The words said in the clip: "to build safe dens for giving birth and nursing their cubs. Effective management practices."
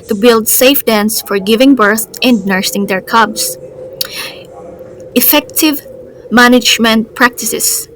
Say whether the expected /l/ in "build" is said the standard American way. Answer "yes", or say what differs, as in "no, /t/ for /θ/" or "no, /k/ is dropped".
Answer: yes